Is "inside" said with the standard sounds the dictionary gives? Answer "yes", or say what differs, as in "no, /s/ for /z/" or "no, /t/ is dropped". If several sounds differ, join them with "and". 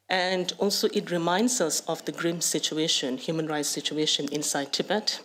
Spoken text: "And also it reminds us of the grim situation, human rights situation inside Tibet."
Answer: yes